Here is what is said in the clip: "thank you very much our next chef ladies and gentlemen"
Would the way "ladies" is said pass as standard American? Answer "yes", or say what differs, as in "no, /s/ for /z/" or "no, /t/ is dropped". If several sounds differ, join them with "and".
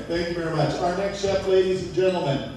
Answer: yes